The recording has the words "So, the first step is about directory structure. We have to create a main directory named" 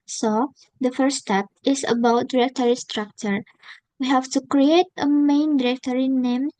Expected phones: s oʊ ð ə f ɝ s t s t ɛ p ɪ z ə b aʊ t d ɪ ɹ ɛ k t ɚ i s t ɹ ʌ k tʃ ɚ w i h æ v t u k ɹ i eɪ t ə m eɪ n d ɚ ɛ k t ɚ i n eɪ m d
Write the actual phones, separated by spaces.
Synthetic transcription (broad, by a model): s oʊ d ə f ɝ t s t ɛ p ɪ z ə b aʊ t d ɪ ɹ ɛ k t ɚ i s t ɹ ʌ k tʃ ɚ w i h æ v t u k ɹ i eɪ t ə m eɪ n d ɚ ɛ k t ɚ i n eɪ m